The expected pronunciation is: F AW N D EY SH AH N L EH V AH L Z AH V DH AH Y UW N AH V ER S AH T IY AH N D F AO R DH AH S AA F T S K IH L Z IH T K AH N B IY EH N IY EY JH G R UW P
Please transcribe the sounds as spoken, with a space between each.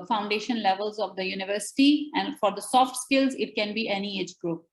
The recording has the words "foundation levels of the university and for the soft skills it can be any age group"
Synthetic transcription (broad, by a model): F AW N D EY SH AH N L EH V AH L Z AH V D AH Y UW N AH V ER S AH T IY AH N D F AO R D AH S AA F T S K IH L Z IH T K AH N B IY EH N IY EY JH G R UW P